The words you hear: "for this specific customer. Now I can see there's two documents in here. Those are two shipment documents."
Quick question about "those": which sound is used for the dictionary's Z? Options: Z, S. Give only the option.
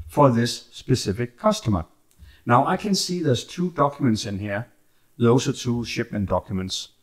S